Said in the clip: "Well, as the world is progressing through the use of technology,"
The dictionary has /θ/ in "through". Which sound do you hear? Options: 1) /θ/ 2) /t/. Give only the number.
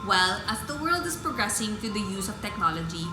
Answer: 2